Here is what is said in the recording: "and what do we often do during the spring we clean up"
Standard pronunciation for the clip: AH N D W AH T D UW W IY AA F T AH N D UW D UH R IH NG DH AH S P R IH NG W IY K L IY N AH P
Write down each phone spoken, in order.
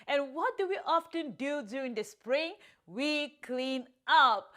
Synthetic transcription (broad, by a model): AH N W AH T D UW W IY AA F T AH N D UW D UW IH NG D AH S P R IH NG W IY K L IY N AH P